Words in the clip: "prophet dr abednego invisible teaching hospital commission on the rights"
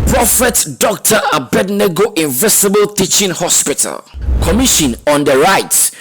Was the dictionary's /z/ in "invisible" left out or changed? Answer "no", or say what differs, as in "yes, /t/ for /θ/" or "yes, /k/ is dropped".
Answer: yes, /s/ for /z/